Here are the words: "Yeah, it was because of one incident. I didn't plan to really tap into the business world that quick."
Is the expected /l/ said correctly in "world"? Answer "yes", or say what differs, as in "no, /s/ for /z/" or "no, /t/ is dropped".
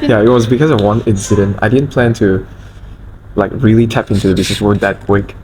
no, /l/ is dropped